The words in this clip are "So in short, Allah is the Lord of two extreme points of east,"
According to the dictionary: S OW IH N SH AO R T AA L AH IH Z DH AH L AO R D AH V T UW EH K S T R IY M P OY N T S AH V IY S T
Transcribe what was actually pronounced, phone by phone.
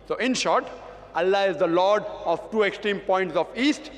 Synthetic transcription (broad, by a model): S OW IH N SH AO R T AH L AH IH Z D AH L AO R D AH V T UW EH K S T R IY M P OY N T S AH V IY S T